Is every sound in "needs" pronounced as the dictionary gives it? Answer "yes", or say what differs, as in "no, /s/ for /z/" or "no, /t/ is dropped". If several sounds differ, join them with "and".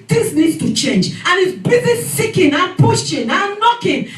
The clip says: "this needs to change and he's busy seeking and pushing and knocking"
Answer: no, /z/ is dropped